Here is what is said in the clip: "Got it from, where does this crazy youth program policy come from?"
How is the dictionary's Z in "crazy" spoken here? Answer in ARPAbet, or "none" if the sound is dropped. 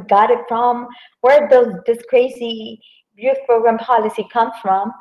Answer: S